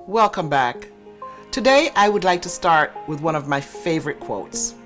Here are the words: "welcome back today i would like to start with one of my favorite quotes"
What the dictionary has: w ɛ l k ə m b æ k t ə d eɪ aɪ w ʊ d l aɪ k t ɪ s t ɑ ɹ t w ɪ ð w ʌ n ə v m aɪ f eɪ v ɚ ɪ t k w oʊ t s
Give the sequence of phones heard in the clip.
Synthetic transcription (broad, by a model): w ɛ l k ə m b æ k t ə d eɪ aɪ w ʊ d l aɪ k t ɪ s t ɑ ɹ t w ɪ ð w ʌ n ə v m aɪ f eɪ v ɚ ɪ t k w oʊ t s